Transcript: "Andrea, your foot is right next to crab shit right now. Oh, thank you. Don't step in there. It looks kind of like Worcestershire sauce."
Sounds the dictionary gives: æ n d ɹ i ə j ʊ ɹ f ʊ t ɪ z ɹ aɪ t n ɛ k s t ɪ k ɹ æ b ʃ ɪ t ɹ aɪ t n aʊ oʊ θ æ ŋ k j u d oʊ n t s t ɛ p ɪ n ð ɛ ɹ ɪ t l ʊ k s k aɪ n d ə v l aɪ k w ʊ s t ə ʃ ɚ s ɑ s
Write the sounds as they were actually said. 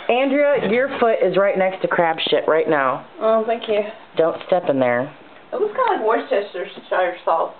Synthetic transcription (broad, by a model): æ n d ɹ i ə j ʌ ɹ f ʊ t ɪ z ɹ aɪ t n ɛ k s t ɪ k ɹ æ b ʃ ɪ t ɹ aɪ t n aʊ oʊ θ æ ŋ k j u d oʊ n t s t ɛ p ɪ n ð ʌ ɹ ɪ t w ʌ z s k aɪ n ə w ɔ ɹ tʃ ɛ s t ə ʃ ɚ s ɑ